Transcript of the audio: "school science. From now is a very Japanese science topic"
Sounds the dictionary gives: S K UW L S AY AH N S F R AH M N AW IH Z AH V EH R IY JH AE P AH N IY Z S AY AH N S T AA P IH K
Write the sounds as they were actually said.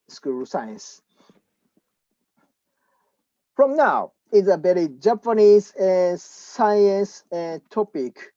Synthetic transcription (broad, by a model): S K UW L S AY AH N S F R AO M N AW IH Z AH B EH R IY JH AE P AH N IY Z S AY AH N S T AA P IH K